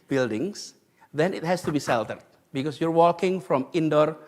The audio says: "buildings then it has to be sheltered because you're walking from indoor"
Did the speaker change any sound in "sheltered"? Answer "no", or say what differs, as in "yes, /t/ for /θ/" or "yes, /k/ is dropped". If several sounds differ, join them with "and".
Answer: yes, /s/ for /ʃ/